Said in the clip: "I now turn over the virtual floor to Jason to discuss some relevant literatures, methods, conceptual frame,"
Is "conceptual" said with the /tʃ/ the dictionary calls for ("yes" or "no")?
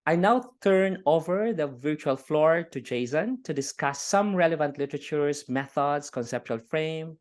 yes